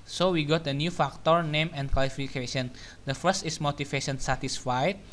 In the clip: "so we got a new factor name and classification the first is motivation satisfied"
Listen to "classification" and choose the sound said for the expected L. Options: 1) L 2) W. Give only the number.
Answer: 2